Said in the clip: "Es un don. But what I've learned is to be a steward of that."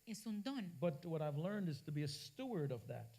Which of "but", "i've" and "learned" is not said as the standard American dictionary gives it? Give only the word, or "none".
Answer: none